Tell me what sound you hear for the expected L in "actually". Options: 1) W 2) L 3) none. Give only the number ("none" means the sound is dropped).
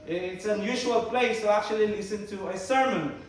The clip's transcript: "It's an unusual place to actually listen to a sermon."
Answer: 2